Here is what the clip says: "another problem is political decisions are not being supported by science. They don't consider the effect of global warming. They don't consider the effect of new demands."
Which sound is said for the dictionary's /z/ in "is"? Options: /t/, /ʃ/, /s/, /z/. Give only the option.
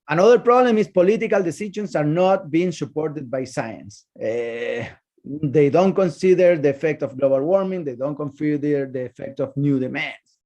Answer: /s/